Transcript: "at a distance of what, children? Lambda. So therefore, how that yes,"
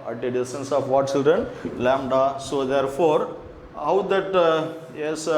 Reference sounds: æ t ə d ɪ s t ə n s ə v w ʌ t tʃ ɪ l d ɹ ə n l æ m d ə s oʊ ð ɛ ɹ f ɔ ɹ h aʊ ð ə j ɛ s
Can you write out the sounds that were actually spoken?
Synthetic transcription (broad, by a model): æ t ə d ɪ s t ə n s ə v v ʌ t tʃ ɪ l d ɹ ə n l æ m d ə s oʊ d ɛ ɹ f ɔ ɹ h aʊ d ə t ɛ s